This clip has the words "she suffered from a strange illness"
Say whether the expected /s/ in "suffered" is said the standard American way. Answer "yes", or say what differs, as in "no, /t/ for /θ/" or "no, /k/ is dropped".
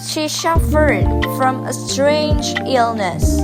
no, /ʃ/ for /s/